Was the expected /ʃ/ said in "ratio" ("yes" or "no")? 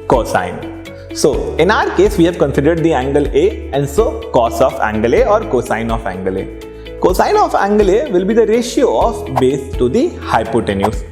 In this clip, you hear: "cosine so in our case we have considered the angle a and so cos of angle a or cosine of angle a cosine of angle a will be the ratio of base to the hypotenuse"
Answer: yes